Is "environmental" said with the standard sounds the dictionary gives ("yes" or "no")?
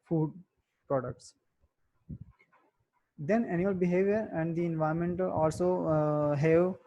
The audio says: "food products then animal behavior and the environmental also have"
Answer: no